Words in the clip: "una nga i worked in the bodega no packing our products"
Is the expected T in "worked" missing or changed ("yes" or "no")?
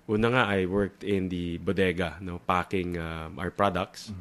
no